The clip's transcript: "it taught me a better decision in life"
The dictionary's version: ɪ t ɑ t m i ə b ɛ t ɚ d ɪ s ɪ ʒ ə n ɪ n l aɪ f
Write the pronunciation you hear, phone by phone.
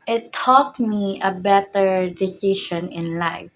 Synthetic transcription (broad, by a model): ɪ t ɑ t m i ə b ɛ t ɚ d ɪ s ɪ ʃ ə n ɪ n l aɪ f